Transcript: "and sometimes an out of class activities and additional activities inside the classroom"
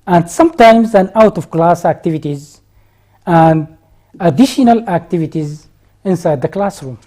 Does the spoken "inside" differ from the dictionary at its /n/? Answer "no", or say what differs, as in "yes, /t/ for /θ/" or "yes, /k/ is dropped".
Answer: no